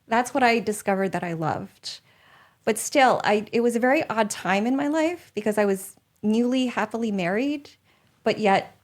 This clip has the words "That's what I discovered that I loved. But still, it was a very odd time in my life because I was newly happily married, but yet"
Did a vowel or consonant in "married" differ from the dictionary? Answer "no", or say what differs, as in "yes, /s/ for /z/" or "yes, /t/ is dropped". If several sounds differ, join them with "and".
no